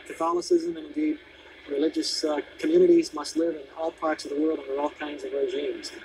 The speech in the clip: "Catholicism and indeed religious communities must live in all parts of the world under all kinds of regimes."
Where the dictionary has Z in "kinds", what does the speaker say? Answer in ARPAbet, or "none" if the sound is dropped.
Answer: Z